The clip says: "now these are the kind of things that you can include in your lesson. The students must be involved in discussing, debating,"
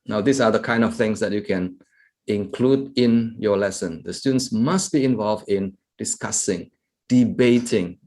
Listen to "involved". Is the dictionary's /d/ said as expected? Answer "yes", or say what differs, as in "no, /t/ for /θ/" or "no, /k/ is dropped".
yes